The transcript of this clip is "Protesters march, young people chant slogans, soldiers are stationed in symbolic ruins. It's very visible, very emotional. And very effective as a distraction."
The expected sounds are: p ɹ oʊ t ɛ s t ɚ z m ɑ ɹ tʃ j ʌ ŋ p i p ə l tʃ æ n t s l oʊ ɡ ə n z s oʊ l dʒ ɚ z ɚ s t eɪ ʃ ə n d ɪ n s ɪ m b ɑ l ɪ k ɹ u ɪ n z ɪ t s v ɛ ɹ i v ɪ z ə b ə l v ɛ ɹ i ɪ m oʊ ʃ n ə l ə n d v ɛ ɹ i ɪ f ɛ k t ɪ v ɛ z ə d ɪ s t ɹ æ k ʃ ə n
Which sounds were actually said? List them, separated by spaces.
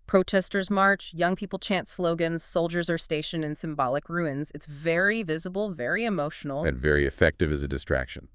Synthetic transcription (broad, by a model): p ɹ oʊ t ɛ s t ɚ z m ɑ ɹ tʃ j ʌ ŋ p i p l tʃ æ n t s l oʊ ɡ ə n z s oʊ l dʒ ɚ z ɚ s t eɪ ʃ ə n ɪ n s ɪ m b ɑ l ɪ k ɹ u ɪ n z ɪ t s v ɛ ɹ i v ɪ z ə b l v ɛ ɹ i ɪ m oʊ ʃ n l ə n v ɛ ɹ i ɪ f ɛ k t ɪ v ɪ z ə d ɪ s t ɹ æ k ʃ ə n